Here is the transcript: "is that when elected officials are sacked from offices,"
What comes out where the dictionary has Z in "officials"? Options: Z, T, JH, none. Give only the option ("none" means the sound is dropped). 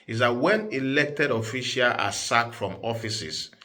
none